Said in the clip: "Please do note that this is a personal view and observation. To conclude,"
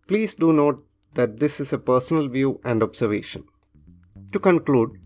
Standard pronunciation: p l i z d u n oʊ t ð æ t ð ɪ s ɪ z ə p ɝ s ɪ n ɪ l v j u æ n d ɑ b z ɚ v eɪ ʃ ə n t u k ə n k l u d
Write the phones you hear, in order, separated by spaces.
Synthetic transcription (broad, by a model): p l i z d u n oʊ t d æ t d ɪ s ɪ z ə p ɝ s ɪ n ɪ l v j u æ n d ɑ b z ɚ v eɪ ʃ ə n t u k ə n k l u d